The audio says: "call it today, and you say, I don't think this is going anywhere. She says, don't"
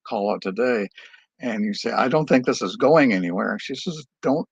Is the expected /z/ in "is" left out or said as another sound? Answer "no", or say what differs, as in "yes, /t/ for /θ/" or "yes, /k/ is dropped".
no